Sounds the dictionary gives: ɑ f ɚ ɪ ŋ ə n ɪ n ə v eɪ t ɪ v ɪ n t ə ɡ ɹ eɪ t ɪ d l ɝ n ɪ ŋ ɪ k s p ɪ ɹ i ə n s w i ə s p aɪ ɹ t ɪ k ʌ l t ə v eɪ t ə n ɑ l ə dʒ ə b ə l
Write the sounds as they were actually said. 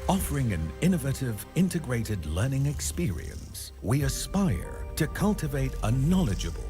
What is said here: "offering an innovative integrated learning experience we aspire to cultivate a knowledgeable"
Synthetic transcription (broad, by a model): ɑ f ɚ ɪ ŋ ə n ɪ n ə v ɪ t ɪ v ɪ n t ə ɡ ɹ eɪ t ɪ d l ɝ n ɪ ŋ ɪ k s p ɪ ɹ i ə n s w i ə s p aɪ ɹ t ɪ k ʌ l t ə v eɪ t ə n ɑ l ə dʒ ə b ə l